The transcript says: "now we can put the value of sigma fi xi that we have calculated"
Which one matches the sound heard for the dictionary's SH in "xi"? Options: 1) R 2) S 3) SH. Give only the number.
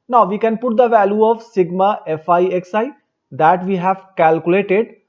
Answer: 2